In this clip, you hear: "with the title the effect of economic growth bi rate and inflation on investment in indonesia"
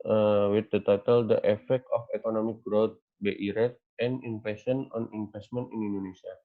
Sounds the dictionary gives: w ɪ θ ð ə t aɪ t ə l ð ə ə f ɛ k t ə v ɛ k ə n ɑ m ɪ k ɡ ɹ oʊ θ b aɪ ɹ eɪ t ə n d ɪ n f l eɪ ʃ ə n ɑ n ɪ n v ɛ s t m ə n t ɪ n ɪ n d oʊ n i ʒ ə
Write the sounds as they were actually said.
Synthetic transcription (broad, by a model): w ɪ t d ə t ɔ t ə l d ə ə f ɛ k t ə f ɛ k ə n ɑ m ɪ k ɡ ɹ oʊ t b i ɹ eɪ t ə n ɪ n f eɪ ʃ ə n ɑ n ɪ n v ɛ s t m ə n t ɪ n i n d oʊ n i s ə